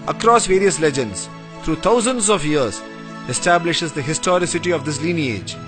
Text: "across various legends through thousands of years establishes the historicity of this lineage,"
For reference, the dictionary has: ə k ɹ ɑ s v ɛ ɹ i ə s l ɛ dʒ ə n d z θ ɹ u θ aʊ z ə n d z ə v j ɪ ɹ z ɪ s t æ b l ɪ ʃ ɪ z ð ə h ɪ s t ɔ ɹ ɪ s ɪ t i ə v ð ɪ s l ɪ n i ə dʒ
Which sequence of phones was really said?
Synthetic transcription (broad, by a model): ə k ɹ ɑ s v ɛ ɹ i ə s l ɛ dʒ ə n d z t ɹ u t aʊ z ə n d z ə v j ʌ ɹ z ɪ s t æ b l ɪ ʃ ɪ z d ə h ɪ s t ɔ ɹ ɪ s ɪ t i ə v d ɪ s l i n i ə dʒ